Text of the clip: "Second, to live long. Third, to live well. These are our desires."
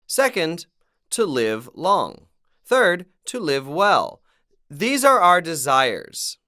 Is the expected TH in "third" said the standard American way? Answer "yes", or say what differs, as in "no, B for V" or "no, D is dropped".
yes